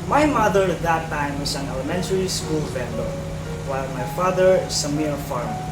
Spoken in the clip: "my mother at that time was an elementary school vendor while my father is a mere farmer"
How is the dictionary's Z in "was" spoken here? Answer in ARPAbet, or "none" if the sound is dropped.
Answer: S